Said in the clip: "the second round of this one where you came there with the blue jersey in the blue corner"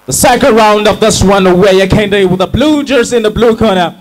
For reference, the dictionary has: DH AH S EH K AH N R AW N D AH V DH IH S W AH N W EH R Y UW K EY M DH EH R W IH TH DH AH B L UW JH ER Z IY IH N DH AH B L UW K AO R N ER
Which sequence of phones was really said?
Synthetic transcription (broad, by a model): DH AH S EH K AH R AW N D AH V DH IH S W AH N W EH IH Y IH K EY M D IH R W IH DH AH B L UW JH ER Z IH N DH AH B L UW K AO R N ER